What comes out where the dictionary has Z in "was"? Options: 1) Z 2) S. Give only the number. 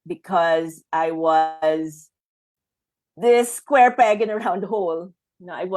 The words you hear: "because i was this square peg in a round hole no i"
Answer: 1